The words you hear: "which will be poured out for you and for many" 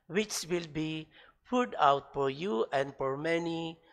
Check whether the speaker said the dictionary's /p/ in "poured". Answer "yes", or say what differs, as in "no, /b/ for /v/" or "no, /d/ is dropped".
no, /f/ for /p/